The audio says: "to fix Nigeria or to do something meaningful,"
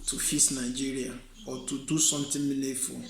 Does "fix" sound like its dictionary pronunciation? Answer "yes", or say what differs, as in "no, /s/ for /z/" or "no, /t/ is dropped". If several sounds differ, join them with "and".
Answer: no, /k/ is dropped